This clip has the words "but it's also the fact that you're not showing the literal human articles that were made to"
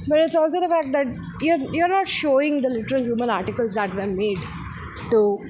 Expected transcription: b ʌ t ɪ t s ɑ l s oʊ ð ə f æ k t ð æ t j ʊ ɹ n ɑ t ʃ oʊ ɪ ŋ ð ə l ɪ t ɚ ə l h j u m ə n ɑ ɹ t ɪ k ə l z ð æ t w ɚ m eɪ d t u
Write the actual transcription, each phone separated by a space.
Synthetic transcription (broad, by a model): b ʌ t ɪ t s ɑ l s oʊ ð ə f æ k t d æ t j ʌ ɹ n ɑ t ʃ oʊ ɪ ŋ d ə l ɪ t ɚ ə l h j u m ə n ɑ ɹ t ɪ k ə l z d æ t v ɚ m eɪ d t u